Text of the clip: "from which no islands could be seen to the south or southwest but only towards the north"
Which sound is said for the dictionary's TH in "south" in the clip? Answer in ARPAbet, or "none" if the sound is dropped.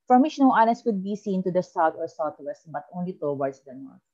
T